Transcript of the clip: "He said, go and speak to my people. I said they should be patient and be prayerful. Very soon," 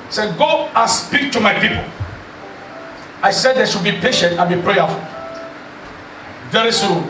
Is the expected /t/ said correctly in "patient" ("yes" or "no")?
yes